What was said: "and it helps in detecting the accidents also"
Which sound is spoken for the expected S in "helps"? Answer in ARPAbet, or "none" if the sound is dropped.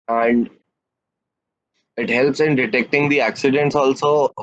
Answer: S